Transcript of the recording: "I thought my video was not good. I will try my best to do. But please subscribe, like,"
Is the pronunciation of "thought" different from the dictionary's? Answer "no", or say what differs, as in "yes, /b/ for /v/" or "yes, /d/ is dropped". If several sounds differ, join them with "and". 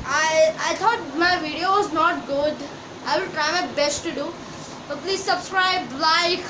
yes, /t/ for /θ/